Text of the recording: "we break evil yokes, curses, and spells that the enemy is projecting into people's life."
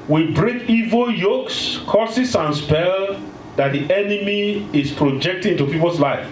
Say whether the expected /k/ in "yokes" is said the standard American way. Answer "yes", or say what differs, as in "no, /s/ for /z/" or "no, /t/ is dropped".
yes